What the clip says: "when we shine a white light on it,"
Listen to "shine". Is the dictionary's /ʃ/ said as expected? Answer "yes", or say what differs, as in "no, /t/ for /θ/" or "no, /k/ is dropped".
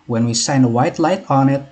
no, /s/ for /ʃ/